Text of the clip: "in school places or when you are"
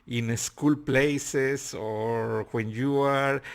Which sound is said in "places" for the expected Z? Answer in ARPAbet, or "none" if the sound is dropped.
S